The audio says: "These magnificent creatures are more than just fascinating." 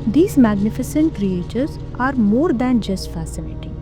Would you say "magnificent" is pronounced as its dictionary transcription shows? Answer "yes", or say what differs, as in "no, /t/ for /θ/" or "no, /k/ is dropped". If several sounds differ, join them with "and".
yes